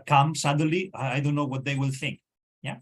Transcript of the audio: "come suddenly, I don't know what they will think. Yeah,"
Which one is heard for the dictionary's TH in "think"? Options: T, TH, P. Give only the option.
TH